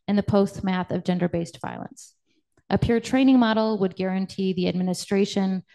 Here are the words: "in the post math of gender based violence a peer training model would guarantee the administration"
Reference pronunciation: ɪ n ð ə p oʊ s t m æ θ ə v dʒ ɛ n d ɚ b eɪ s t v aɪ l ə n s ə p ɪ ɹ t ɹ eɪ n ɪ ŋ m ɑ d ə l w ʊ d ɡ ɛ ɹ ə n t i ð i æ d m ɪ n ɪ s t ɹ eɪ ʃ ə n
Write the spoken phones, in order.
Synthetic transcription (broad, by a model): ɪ n ð ə p oʊ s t m æ θ ə v dʒ ɛ n d ɚ b eɪ s t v aɪ l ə n s ə p ɪ ɹ t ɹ eɪ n ɪ ŋ m ɑ d l w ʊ d ɡ ɛ ɹ ə n t i ð i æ d m ɪ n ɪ s t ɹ eɪ ʃ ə n